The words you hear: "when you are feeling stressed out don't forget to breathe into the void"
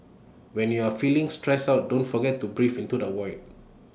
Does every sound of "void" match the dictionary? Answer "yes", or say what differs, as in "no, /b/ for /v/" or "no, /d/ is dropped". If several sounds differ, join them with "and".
no, /w/ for /v/